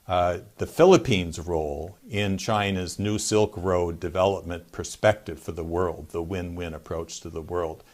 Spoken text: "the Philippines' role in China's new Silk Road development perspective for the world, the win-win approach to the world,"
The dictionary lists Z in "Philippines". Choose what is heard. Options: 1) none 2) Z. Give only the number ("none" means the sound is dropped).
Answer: 2